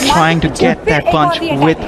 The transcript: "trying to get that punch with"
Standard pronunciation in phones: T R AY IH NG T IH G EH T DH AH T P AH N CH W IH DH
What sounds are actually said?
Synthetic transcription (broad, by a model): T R AY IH NG T IH G EH T DH AH T B AH N CH W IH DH